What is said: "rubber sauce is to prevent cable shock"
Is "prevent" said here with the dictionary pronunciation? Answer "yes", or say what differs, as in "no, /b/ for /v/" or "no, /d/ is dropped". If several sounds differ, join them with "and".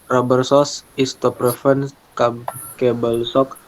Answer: no, /f/ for /v/